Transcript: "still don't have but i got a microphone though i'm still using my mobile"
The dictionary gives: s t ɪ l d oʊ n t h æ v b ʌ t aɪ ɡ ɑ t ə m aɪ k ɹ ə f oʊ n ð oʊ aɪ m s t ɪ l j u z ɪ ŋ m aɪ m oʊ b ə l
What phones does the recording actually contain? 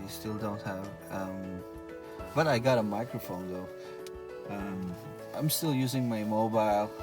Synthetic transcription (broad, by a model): s t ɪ l d oʊ n t h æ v b ʌ t aɪ ɡ ɑ t ə m aɪ k ɹ ə f oʊ n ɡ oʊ aɪ m s t ɪ l j u z ɪ ŋ m aɪ m oʊ b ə l